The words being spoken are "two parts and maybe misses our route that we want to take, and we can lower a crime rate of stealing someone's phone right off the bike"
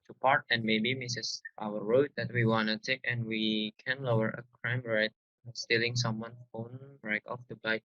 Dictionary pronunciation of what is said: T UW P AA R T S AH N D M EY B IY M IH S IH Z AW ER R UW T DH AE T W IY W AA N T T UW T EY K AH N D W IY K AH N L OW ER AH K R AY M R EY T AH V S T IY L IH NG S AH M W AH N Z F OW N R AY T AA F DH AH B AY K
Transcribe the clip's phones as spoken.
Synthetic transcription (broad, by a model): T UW P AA R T AH N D M EY B IY M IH S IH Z AW ER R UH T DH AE T W IY W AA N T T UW T EY K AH N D W IY K AH N L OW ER AH K R AY M R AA AH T S T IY L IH NG S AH M W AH N F OW N R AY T AA F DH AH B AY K